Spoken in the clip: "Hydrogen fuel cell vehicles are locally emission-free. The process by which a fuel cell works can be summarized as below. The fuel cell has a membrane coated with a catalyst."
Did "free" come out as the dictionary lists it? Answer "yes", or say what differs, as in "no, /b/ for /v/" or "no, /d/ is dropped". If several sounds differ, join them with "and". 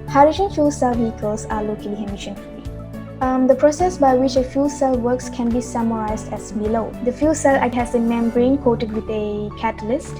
no, /ɹ/ is dropped